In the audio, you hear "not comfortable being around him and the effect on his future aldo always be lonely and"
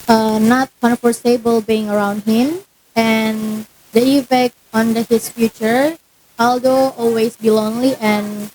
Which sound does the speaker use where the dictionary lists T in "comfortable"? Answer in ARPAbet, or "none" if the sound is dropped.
S